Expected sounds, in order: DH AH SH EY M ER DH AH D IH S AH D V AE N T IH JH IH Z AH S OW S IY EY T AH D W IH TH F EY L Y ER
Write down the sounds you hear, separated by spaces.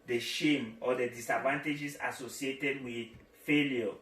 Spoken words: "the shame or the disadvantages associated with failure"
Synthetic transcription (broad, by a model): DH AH SH EY M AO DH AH D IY S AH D V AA N T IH JH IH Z AH S OW S IY EY T AH D W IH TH F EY L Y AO